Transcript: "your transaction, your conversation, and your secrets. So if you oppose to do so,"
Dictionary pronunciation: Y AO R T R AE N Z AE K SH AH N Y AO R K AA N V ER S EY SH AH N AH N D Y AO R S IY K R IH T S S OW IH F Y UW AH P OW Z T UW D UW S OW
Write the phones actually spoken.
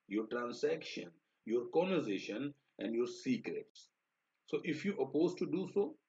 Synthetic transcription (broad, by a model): Y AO R T R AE N S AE K SH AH N Y AO R K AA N ER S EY SH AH N AH N D Y AO R S IY K R IH T S S OW IH F Y UW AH P OW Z T UW D UW S OW